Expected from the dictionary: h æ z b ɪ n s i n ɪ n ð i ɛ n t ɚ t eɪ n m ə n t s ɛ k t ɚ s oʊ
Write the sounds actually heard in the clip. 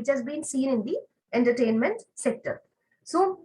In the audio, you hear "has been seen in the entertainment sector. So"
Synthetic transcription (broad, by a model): h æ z b ɪ n s i n ɪ n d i ɛ n t ɚ t eɪ n m ə n t s ɛ k t ɚ s oʊ